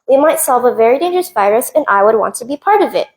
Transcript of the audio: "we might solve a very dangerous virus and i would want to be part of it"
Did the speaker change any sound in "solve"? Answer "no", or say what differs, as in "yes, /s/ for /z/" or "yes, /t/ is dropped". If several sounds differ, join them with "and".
no